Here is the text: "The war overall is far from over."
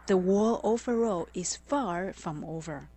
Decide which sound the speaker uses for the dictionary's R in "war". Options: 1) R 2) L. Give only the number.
2